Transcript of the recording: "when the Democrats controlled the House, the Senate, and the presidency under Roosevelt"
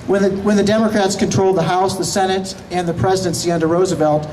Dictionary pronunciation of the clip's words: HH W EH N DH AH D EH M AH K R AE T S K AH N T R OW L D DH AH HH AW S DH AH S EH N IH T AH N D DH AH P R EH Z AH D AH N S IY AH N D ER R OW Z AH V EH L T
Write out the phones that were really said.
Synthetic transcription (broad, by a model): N W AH N DH AH D EH M AH K R AE T S K AH N T R OW L D DH AH HH AW S DH AH S EH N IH T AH N DH AH P R EH Z AH D AH N S IY AH N D ER R OW Z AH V EH L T